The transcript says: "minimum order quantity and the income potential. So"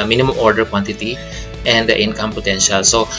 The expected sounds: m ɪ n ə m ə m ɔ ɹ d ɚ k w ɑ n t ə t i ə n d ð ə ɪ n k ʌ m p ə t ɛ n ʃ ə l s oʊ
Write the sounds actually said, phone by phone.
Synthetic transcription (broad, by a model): m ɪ n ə m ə m ɔ ɹ d ɚ k w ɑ n t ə t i ə n d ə ɪ n k ʌ m p ə t ɛ n ʃ ə l s oʊ